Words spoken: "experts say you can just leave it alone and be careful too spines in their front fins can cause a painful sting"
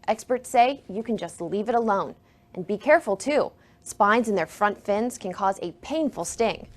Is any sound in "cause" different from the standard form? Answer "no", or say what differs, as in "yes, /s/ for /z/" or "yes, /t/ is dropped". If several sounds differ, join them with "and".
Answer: no